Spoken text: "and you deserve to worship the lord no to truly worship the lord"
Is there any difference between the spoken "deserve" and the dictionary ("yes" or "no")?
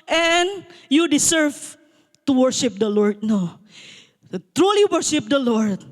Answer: yes